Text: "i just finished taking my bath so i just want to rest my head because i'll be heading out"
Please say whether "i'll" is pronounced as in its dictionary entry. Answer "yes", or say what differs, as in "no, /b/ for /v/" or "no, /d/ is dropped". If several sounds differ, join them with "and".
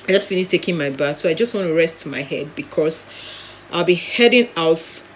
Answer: yes